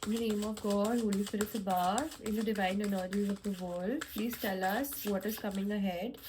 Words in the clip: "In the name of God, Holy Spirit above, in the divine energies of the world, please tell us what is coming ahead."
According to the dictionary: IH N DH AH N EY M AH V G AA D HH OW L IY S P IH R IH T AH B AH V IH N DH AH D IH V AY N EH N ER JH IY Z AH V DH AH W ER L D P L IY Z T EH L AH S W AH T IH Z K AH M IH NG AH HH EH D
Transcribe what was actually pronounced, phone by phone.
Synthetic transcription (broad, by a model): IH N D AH N EY M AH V G AA D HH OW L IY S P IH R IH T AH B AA IH N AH D IH V AY N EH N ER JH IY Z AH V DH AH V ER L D P L IY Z T EH L AH S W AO T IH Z K AH M IH NG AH HH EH D